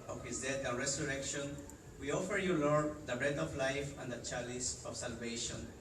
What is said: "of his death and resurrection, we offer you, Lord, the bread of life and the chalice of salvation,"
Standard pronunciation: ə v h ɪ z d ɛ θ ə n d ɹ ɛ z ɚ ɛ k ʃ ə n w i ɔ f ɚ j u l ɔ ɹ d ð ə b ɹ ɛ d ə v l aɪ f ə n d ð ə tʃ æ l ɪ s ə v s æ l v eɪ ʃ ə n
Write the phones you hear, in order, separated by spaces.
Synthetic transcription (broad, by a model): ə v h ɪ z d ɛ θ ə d ɹ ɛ s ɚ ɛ k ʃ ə n w i ɔ f ɚ j u l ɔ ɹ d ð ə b ɹ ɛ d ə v l aɪ f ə n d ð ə tʃ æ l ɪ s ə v s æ l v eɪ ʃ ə n